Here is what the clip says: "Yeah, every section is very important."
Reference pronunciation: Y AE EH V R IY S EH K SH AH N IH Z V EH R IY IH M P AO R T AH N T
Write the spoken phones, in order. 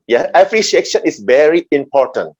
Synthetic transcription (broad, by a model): Y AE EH P R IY SH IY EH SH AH N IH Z V EH R IY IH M P AO R T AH N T